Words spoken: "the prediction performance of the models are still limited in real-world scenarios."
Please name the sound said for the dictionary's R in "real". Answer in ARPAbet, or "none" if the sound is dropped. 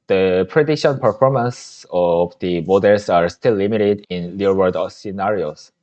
L